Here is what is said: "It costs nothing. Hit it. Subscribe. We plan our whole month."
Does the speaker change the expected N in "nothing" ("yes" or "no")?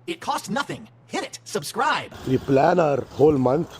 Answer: no